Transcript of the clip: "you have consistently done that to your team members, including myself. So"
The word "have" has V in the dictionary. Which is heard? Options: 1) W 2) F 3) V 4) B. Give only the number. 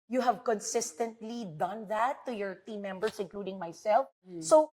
3